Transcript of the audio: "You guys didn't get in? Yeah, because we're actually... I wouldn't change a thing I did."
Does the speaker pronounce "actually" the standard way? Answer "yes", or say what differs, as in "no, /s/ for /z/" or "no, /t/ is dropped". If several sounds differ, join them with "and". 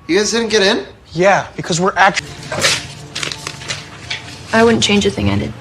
no, /l/ is dropped